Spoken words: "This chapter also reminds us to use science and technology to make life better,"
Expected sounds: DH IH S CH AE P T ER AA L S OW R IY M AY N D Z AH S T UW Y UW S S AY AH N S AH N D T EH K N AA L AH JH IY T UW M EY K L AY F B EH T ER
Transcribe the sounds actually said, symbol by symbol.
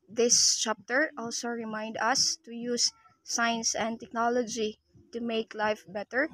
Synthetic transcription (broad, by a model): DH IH S CH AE P T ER AA L S OW R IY M AY N D AH S T UW Y UW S S AY AH N S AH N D T EH K N AA L AH JH IY T UW M EY K L AY F B EH T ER